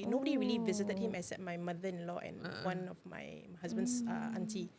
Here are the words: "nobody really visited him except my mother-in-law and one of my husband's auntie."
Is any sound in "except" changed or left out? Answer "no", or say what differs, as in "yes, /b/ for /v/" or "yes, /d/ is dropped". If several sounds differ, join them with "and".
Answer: yes, /p/ is dropped